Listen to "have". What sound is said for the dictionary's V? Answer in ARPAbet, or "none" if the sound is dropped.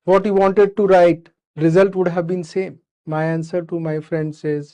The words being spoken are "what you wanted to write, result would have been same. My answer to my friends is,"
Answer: V